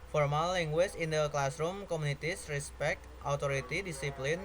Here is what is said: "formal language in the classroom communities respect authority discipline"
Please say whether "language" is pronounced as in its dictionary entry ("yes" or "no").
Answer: no